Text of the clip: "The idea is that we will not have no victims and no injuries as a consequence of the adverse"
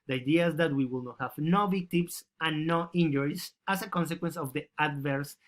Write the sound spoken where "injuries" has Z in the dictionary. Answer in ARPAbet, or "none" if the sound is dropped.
S